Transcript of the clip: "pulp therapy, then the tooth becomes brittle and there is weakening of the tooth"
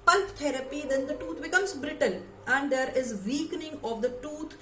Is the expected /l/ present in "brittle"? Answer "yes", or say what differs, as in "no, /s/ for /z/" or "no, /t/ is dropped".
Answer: no, /n/ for /l/